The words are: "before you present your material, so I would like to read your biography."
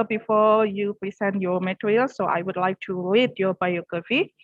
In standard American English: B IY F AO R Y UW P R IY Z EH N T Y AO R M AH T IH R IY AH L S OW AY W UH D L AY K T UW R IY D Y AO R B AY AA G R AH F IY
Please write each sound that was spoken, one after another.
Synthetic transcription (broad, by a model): B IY F AO Y UW P R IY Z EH N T Y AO M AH T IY R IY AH L S OW AY W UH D L AY K T UW L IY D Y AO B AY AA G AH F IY